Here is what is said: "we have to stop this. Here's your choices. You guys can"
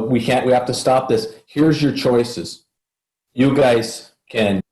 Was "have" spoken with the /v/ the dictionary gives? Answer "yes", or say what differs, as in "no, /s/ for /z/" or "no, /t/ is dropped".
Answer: no, /f/ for /v/